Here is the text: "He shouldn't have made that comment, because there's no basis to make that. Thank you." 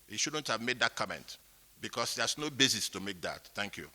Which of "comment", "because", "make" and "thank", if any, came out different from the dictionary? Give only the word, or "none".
because